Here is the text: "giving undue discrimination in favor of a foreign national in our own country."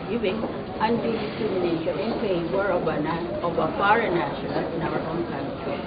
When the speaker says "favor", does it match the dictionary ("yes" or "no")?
no